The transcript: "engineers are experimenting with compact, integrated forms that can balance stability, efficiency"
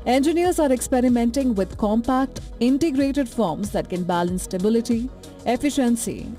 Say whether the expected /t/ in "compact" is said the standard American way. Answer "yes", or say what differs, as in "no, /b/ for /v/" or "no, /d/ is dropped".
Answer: yes